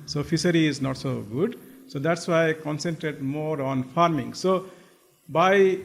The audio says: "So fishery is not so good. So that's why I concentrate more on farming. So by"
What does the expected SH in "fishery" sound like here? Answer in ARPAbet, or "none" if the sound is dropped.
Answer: S